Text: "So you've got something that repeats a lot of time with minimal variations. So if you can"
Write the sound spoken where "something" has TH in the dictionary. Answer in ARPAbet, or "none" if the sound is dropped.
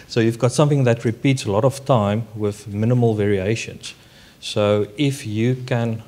TH